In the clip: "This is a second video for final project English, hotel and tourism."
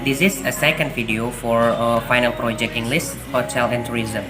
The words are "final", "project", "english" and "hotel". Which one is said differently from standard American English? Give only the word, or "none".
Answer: english